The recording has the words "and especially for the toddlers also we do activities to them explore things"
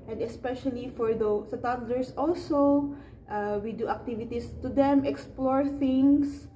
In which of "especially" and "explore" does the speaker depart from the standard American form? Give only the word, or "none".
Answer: none